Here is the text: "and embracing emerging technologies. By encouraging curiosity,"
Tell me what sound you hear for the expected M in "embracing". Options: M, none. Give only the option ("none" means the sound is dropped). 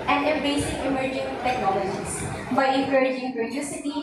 none